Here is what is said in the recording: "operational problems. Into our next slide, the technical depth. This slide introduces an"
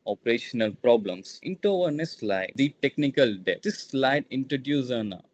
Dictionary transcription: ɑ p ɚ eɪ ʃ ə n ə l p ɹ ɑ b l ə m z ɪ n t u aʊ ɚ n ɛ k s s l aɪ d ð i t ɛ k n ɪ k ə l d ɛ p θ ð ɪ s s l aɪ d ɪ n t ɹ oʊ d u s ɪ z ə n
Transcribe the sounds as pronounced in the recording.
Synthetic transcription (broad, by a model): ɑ p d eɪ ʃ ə n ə l p ɹ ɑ b l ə m s ɪ n t u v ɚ n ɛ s s l aɪ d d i t ɛ k n ɪ k ə l d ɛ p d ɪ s s l aɪ d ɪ n t ɹ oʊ d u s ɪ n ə